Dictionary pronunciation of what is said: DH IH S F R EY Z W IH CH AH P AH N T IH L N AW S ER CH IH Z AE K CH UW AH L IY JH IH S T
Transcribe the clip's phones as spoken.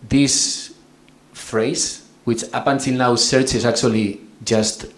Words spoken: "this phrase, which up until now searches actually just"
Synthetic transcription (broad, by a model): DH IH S F R EY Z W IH CH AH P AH N S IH N AW S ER CH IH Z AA K CH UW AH L IY JH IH S T